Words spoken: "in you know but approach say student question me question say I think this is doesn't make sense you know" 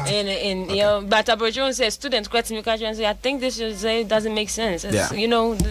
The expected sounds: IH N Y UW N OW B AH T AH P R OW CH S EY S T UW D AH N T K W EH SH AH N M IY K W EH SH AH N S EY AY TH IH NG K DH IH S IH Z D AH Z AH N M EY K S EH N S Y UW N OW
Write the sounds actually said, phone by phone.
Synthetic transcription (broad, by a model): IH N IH N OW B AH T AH B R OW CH S EY S T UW D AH N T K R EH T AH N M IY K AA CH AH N S EY AY TH IH NG K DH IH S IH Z D AH Z AH N M EY K S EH N S Y UW N OW